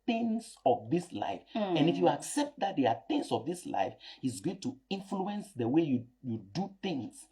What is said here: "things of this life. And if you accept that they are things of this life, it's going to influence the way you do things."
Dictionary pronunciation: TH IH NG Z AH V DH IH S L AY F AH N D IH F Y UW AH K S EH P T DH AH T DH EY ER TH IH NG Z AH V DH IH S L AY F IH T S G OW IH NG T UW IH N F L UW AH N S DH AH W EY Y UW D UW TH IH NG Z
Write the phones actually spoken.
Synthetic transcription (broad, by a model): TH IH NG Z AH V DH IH S L AY F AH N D IH F Y UW AH K S EH P T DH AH T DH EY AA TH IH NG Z AH V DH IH S L AY F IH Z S G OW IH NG T UW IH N F L UW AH N S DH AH W EY Y UW D UW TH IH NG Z